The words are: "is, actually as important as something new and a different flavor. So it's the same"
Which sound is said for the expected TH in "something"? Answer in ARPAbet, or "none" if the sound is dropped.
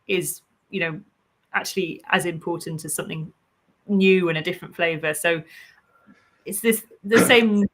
TH